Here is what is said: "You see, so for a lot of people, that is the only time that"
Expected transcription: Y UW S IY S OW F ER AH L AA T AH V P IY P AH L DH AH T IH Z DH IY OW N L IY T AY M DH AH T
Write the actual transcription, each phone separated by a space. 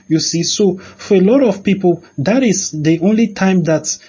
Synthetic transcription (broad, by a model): Y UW S IY S OW F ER AH L AA T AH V P IY P AH L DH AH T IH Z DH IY OW N L IY T AY M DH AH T